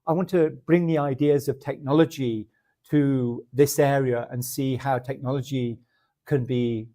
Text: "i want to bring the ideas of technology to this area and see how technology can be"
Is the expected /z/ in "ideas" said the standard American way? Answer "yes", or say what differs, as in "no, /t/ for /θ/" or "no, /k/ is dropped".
yes